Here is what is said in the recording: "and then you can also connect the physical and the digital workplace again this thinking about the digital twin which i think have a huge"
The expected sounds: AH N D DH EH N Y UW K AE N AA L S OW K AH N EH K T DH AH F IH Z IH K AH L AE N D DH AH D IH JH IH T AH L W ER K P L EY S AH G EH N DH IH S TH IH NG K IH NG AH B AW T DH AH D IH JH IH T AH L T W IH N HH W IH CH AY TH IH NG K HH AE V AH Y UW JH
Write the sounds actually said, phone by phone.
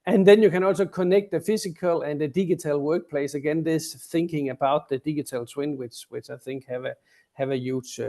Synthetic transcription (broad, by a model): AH N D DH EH N Y UW K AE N AA L S OW K AH N EH K T DH AH F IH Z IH K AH L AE N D DH AH D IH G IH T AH L W ER K P L EY S AH G EH N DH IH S TH IH NG K IH NG AH B AW T DH AH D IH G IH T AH L S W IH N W W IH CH AY TH IH NG K HH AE V AH Y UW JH